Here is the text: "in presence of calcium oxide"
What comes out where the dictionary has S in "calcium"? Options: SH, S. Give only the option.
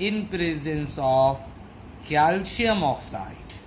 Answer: SH